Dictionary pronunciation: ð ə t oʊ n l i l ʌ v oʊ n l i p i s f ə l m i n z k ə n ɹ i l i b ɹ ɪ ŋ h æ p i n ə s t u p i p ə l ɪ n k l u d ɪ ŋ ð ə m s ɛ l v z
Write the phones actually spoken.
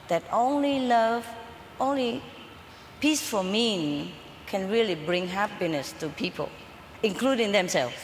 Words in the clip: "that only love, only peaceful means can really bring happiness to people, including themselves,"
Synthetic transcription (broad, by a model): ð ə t oʊ n l i l ʌ v oʊ n l i p i s f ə m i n k ə n ɹ i l i b ɹ ɪ ŋ h æ p i n ə s t u p i p ə l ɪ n k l u d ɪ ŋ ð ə m s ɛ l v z